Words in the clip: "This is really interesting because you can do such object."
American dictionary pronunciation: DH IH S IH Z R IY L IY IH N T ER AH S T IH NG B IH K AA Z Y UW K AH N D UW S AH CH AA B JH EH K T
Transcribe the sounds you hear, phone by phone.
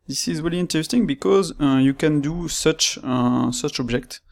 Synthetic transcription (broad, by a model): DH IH S IH Z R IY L IY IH N T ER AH S T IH NG B IH K AA Z Y UW K AH N D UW S AH CH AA B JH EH K T